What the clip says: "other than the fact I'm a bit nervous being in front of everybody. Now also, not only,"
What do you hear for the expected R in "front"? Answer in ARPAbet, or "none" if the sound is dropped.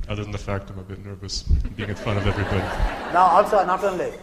none